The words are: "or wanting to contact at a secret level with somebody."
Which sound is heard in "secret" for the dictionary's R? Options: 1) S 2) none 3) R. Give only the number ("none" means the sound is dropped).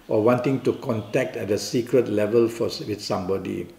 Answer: 3